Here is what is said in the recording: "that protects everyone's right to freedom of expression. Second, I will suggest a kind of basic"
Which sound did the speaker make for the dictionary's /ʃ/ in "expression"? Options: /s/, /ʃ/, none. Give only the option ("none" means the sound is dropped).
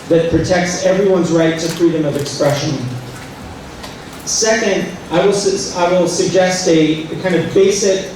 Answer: /ʃ/